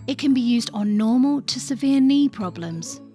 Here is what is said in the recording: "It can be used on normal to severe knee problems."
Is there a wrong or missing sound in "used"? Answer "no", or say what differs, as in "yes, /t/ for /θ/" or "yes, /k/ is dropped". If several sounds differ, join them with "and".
no